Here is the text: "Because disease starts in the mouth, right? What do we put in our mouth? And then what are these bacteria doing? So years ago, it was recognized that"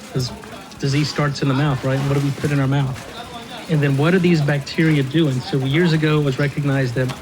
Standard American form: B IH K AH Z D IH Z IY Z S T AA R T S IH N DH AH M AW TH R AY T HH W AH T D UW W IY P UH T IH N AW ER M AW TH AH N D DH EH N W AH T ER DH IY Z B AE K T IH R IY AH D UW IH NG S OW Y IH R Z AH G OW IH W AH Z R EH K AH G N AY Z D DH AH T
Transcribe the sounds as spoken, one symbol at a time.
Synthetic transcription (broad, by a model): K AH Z D IH Z IY Z S T AA R T S IH N DH AH M AW TH R AY T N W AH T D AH W IY P UH T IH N AW ER M AW TH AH N DH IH N W AH T ER DH IY Z B AE K T IH R IY AH D UW IH NG S OW Y IH R Z AH G OW IH W AH Z R EH K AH G N AY Z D DH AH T